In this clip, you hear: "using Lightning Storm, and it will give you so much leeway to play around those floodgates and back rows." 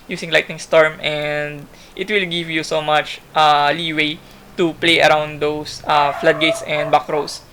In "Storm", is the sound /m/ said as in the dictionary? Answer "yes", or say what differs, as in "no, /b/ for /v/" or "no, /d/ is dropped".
yes